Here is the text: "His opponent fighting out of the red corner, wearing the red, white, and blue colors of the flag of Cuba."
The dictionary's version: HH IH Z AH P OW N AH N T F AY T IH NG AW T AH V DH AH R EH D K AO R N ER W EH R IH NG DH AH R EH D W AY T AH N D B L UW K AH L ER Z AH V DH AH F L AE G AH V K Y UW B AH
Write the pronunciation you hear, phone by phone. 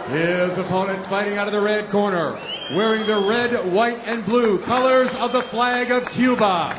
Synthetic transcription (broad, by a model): HH IH Z AH P OW N AH N T F AY T IH NG AW T AH V DH AH R EH D K AO R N ER W EH R IH NG DH AH R EH D W AY T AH N B L UW K AH L ER Z AH V DH AH F L AE G AH V K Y UW B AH